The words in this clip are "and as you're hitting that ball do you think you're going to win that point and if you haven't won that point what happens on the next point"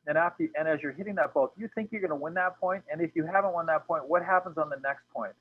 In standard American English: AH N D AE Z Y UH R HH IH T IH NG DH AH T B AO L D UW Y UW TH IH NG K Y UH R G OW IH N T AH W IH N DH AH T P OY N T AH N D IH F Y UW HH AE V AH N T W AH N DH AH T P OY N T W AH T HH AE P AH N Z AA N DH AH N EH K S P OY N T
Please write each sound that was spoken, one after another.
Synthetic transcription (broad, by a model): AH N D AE Z Y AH R HH IH T IH NG DH AH T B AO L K Y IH TH IH NG K Y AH R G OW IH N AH W IH N DH AH T P OY N T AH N IH F Y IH HH AE V AH N T W AH N DH AH T P OY N T W AH T HH AE P AH N Z N DH AH N EH K S P OY N T